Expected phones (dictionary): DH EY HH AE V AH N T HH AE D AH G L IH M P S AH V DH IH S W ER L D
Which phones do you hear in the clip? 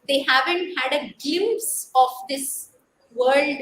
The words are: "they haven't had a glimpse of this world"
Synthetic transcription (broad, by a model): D EY HH AE V AH N T HH AE D AH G IH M S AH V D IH S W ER L D